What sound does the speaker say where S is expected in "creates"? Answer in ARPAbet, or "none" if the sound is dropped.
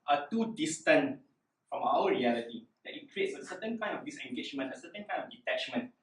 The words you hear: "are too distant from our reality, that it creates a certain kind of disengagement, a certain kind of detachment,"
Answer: S